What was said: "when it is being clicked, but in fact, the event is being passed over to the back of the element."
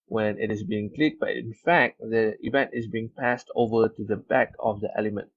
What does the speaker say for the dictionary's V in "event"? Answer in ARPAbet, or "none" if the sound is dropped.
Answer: V